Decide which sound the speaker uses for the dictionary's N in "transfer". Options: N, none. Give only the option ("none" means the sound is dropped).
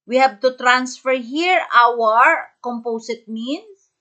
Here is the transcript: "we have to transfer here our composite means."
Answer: N